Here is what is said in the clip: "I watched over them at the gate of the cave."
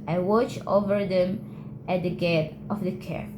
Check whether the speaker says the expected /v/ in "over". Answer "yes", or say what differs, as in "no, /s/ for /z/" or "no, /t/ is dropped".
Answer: yes